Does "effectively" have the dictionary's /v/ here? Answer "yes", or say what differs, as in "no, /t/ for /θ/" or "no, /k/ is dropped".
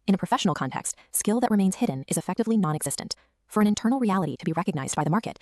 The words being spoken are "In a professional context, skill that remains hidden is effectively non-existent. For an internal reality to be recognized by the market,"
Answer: yes